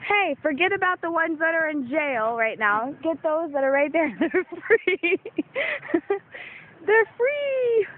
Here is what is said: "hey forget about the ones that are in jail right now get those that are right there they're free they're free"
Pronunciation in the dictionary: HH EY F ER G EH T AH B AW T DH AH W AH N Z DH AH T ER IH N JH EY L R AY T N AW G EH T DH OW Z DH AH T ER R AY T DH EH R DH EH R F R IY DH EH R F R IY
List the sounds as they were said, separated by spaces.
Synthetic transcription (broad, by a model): HH EY F ER G EH T AH B AW T DH AH W AH N Z DH AH T ER IH N JH EY L R AY T N AW G EH T DH OW Z DH AH T ER R AY T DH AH R DH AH R F R IY DH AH R F R IY